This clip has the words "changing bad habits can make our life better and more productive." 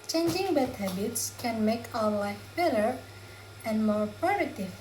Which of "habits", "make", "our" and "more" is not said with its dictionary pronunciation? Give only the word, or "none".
none